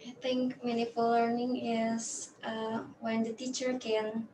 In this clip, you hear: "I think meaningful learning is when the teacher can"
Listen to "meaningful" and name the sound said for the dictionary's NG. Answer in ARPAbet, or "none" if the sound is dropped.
none